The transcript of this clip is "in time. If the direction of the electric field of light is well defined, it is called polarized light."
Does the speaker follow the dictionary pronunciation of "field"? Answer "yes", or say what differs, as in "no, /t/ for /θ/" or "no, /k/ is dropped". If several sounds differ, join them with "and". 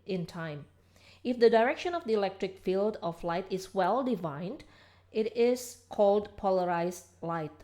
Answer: yes